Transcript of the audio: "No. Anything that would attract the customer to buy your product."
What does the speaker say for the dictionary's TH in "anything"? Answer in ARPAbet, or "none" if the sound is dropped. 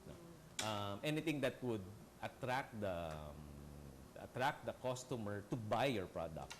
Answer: T